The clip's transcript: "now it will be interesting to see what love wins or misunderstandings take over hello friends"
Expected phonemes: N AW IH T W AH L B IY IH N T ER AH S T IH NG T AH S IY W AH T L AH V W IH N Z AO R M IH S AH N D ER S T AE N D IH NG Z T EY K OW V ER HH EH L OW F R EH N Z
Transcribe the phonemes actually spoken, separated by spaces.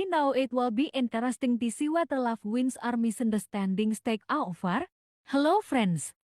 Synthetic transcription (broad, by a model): N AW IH T W AH L B IY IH N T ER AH S T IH NG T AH S IY W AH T L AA F W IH N S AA R M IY S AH N D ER S T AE N D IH NG S T EY K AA F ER HH EH L OW F R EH N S